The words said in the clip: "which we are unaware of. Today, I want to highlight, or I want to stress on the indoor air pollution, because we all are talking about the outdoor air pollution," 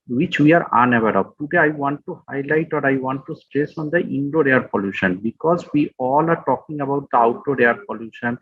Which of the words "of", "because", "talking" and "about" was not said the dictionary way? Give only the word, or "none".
of